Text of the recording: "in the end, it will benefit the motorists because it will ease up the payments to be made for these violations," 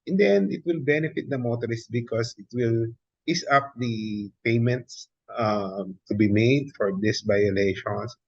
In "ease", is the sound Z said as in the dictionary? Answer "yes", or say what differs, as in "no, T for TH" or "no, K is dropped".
no, S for Z